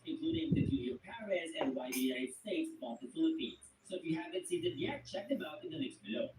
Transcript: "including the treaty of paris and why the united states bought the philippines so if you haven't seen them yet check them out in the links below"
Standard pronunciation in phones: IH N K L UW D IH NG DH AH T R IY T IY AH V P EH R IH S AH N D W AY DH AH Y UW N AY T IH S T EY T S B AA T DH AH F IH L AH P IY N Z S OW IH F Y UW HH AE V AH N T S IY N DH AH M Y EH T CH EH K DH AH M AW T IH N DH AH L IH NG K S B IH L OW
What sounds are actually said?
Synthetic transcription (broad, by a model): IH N K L UW D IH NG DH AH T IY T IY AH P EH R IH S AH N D W AY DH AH Y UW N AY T S T EY T S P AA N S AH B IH L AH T IY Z S OW IH F Y UW HH AE V AH N T S IY N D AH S Y EH T CH EH K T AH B AW T IH N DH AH N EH K S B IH L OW